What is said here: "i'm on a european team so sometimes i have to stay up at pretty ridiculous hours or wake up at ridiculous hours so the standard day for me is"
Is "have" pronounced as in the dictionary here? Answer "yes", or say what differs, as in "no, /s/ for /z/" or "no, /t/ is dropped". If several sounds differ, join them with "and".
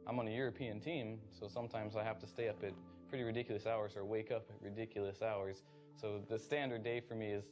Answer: no, /f/ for /v/